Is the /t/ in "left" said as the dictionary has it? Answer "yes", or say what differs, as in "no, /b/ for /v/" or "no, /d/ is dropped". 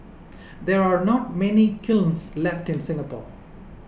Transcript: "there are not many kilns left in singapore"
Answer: yes